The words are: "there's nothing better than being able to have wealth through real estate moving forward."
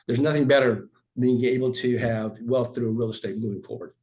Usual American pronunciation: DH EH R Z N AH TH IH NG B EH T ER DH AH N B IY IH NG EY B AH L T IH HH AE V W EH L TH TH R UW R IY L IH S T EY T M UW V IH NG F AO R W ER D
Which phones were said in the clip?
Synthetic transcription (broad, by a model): DH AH R Z N AH TH IH NG B EH T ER AH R B IY IH NG EY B L T IH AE V W EH L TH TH R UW R IY L IH S T EY T M UW V IH NG F AO R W ER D